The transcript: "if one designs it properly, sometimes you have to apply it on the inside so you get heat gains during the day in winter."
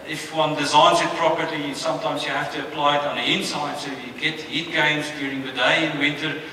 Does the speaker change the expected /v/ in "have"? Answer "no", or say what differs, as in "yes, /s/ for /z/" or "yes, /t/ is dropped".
yes, /f/ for /v/